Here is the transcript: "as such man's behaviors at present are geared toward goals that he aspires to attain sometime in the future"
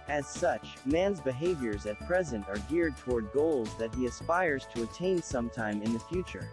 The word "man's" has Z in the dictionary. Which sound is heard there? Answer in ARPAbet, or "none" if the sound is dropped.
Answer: Z